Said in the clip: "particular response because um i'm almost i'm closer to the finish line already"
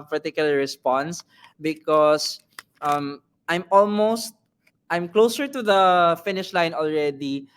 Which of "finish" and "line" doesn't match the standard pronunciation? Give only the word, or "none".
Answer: none